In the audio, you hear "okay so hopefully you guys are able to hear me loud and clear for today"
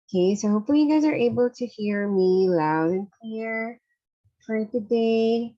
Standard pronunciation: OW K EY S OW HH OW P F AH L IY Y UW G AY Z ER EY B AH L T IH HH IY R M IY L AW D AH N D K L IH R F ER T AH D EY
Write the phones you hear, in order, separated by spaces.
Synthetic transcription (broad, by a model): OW K EY S OW HH OW P F AH L IY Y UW G AY Z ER EY B AH L T IH HH IY R M IY L AW D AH N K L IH R F ER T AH D EY